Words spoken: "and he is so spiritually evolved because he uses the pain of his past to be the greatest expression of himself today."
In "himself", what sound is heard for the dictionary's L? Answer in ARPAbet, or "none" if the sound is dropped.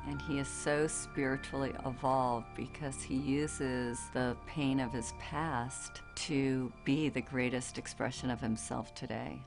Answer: L